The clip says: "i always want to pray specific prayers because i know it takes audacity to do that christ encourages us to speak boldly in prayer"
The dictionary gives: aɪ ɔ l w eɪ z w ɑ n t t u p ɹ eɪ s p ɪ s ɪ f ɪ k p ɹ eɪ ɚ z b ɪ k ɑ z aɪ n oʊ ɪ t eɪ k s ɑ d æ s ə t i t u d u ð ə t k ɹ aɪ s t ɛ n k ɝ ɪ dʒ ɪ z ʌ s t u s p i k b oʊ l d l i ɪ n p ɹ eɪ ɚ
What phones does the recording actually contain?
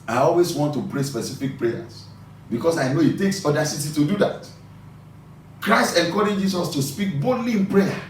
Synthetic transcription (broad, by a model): aɪ ɔ l w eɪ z w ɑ n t t u p ɹ eɪ s p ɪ s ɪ f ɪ k p ɹ eɪ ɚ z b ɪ k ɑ s aɪ n oʊ ɪ t eɪ k s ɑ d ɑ s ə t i t u d u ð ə t k ɹ aɪ s t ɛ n k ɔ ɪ dʒ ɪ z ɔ s t u s p i k b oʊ d l i ɪ n p ɹ eɪ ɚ